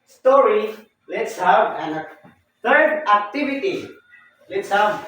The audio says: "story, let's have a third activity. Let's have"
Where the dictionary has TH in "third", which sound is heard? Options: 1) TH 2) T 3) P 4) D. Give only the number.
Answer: 2